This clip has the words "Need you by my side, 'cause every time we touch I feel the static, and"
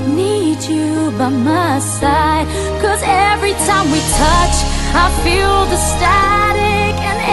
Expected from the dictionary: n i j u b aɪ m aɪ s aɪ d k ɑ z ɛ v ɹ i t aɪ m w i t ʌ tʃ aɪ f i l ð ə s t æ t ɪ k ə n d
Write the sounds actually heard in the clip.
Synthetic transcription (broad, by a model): n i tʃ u b aɪ m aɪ s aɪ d k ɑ z ɛ v ɹ i t aɪ m w i t ʌ tʃ aɪ f i l ð ə s t æ t ɪ k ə n